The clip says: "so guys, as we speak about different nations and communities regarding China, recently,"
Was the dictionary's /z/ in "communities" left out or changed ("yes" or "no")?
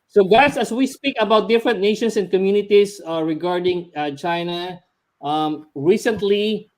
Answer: yes